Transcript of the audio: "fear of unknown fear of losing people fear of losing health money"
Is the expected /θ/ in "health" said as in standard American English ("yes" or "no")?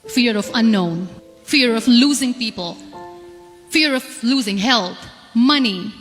no